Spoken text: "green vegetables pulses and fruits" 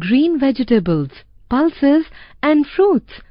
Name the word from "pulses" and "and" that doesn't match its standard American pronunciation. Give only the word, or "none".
none